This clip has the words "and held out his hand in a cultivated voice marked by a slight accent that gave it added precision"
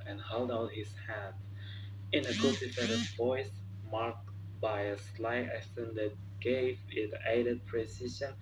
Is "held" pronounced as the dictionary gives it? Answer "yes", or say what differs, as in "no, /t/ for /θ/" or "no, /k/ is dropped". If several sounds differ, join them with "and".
yes